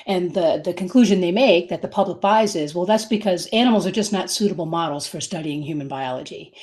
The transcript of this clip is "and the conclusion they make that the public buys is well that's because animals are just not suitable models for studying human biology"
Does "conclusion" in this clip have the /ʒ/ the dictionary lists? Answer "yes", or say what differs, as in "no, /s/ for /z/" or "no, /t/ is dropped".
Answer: yes